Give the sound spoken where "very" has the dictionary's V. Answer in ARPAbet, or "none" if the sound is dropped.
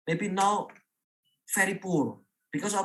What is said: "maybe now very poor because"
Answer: F